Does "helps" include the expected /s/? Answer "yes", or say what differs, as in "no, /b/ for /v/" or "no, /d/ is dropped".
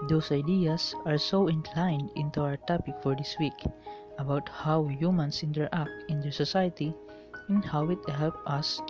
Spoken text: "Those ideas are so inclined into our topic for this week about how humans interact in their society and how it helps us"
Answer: no, /s/ is dropped